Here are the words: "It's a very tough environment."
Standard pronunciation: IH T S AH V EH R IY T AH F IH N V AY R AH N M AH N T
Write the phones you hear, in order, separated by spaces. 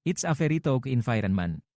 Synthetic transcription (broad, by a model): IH T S AH F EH R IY T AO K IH N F AY R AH N M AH N